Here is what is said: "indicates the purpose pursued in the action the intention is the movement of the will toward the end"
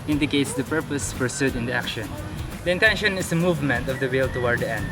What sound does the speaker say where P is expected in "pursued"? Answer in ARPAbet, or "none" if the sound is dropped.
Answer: F